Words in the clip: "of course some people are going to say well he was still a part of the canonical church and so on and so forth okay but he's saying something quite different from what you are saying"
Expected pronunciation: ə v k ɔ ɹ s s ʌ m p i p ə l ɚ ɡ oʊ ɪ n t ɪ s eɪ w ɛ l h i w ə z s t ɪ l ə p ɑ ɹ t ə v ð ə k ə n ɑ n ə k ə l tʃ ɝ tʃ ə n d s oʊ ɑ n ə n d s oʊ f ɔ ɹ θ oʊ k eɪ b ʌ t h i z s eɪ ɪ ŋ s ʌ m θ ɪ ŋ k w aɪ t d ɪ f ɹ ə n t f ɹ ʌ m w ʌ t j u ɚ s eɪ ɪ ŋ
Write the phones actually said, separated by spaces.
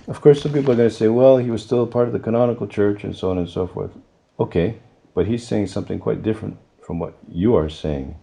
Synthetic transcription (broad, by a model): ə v k ɔ ɹ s s ʌ m p i p l ɚ ɡ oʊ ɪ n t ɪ s eɪ w ɛ l h i w ə z s t ɪ l ə p ɑ ɹ t ə v ð ə k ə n ɑ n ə k l tʃ ɝ tʃ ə n s oʊ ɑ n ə n s oʊ f ɔ ɹ θ oʊ k eɪ b ʌ t h i z s eɪ ɪ ŋ s ʌ m θ ɪ ŋ k w aɪ t d ɪ f ɹ ə n t f ɹ ʌ m w ʌ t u ɚ s eɪ ɪ ŋ